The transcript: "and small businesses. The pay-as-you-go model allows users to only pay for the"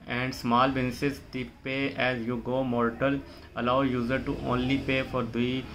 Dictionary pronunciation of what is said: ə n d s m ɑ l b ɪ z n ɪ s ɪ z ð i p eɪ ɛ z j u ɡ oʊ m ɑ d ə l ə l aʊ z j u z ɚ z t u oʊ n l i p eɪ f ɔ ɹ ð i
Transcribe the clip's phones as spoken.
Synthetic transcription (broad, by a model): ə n d s m ɑ l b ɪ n s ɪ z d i p eɪ ɛ z j u ɡ oʊ m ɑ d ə l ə l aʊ j u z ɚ t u oʊ n l i p eɪ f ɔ ɹ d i